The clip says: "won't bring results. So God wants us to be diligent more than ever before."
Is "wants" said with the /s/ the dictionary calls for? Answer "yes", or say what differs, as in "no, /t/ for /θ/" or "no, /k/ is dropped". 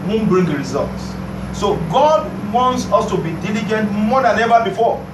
yes